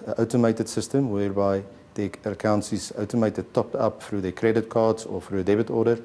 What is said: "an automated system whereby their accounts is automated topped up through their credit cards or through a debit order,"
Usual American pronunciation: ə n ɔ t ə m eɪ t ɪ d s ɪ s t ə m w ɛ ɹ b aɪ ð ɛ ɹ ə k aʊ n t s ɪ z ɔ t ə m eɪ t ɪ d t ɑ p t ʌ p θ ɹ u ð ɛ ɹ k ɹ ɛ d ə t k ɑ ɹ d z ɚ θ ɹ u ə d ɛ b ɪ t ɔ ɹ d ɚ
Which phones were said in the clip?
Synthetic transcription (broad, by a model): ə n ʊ t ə m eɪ t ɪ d s ɪ s t ə m w ɛ ɹ b aɪ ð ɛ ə k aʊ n s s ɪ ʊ t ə m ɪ t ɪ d t ɑ p t ʌ p f ɹ u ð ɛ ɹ k ɹ ɛ d ə t k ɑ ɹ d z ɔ f ɹ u ə d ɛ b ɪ t ɔ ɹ d ɚ